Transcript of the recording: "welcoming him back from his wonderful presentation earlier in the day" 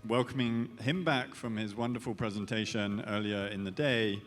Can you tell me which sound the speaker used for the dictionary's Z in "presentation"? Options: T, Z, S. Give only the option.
Z